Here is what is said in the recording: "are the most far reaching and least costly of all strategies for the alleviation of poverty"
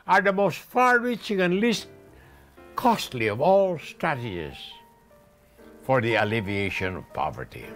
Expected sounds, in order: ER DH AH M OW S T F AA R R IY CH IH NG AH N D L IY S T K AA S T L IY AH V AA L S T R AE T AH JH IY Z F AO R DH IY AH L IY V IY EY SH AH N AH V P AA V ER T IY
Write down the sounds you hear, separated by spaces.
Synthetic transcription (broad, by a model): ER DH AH M OW S T F AA R R IY CH IH NG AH N L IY S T K AA S T L IY AH V AA L S T AH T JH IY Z F AO R DH IY AH L IY V IY EY SH AH N AH V P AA V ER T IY